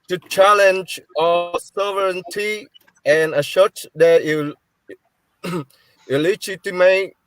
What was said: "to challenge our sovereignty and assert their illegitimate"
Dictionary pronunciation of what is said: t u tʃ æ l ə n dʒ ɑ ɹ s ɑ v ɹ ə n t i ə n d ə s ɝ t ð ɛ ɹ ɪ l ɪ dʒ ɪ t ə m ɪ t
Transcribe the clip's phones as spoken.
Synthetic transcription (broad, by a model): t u tʃ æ l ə n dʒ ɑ s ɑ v ɹ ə n t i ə n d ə ʃ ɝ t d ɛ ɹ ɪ l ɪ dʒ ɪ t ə m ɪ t